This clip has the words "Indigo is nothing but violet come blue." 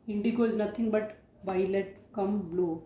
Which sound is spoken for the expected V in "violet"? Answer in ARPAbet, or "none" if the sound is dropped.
B